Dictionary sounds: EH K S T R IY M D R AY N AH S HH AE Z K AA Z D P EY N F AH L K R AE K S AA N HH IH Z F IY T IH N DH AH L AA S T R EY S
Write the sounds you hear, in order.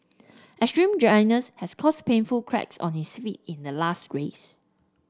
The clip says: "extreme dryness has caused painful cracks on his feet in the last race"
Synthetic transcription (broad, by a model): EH S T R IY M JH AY N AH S HH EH S K AA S P EY N F AH L K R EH K S AA N HH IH S F IY T IH N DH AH L AA S T R EY S